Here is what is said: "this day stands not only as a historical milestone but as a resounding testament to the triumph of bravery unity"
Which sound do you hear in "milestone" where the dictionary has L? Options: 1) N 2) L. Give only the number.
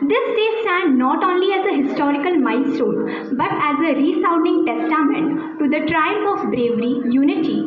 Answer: 1